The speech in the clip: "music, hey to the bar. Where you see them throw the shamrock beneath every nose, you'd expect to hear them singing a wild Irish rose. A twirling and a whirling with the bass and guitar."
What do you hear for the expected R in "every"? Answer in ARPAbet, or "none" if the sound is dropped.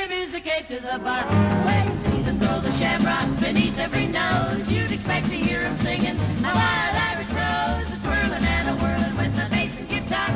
R